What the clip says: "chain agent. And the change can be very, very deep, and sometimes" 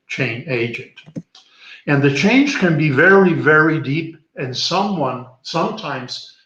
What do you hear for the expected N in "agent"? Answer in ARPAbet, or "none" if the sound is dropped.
N